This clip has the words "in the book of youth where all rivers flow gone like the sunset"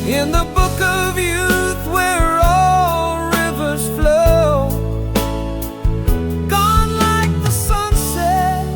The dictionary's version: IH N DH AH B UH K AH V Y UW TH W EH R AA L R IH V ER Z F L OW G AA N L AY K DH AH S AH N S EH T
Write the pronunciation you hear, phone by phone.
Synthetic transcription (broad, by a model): IH N DH AH B UH K AH V Y UW TH W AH R AA L R IH V ER Z F L OW G AA N L AY K DH AH S AH N S EH T